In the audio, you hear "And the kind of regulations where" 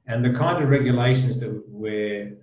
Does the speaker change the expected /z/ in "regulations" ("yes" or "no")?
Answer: no